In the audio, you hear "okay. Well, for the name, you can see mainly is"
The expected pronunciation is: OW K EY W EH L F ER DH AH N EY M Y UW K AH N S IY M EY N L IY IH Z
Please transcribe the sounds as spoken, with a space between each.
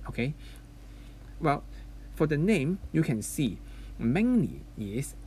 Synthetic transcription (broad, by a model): OW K EY W EH L F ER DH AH N EY M Y UW K AH N S IY M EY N N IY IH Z